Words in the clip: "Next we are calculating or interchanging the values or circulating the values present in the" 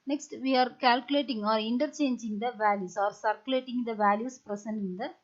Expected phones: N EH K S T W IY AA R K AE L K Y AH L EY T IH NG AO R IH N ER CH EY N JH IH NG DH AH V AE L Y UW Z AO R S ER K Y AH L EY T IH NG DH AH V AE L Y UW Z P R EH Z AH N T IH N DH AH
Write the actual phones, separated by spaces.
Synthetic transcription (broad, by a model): N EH K S T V IY AA R K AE L K Y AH L EY T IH NG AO R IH N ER CH EY N JH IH NG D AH V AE L Y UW S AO R S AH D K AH L EY T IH NG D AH V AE L Y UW S P R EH S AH N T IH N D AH